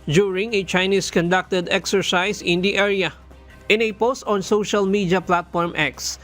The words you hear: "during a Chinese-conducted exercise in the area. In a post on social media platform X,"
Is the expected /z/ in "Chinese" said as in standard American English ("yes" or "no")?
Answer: no